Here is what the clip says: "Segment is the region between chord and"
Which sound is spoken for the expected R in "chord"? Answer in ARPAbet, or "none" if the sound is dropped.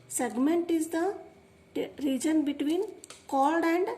L